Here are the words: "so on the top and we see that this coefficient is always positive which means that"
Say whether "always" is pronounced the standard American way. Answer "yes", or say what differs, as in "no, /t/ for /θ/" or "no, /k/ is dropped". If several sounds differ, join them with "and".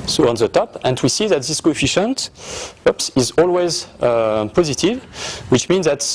yes